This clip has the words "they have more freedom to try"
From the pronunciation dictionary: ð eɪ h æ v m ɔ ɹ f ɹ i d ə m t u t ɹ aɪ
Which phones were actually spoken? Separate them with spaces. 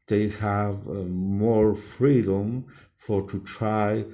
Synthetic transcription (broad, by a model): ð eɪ h æ v m ɔ ɹ f ɹ i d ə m t u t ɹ aɪ